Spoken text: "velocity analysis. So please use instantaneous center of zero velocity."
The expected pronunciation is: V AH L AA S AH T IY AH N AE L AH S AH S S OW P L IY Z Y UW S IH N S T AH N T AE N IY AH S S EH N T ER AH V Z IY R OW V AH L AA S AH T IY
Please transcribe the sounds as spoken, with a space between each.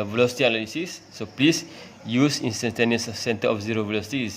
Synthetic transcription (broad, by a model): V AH L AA S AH T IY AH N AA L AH S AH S S OW P L IY S Y UW S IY N S T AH N T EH N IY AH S S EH N T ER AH F Z IY R OW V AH L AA S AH T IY